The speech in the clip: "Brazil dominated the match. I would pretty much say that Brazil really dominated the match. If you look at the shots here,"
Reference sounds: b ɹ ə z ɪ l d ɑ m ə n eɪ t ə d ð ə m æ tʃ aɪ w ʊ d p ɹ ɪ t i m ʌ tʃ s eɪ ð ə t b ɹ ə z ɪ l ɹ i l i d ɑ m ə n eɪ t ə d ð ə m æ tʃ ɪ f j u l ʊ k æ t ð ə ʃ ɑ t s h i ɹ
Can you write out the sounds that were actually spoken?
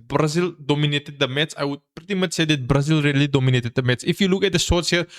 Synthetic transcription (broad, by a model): b ɹ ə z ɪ l d ɑ m ə n eɪ t ə d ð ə m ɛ s aɪ w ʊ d p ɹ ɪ t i m ʌ tʃ s eɪ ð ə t b ɹ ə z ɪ l ɹ i l i d ɑ m ə n eɪ t ə d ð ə m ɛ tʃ ɪ f j u l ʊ k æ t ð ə s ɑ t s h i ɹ